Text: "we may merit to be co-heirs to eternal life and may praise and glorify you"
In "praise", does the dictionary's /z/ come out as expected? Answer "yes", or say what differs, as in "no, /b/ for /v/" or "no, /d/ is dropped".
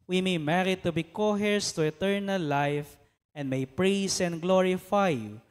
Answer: no, /s/ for /z/